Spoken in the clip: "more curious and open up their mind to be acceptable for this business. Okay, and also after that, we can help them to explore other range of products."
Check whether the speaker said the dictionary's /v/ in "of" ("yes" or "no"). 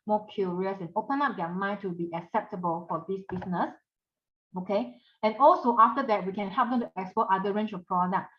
no